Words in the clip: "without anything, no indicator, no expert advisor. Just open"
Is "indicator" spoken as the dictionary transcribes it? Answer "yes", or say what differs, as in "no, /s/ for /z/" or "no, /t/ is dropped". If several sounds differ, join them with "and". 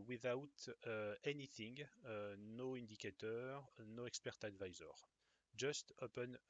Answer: no, /n/ is dropped